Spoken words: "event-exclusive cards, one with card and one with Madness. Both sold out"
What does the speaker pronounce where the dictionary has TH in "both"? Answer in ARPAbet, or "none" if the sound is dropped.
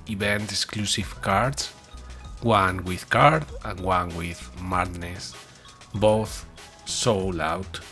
TH